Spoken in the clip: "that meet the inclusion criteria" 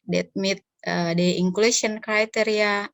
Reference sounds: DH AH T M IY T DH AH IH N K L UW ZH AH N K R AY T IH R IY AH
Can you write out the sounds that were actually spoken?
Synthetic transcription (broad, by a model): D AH T M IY T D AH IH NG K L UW S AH N K R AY T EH R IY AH